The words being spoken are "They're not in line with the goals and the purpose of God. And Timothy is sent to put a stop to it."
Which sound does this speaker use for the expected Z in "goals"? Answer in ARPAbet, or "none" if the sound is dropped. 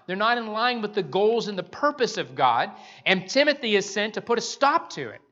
Z